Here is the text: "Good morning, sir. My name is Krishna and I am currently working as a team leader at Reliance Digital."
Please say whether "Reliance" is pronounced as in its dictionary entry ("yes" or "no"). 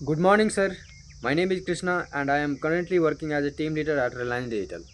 no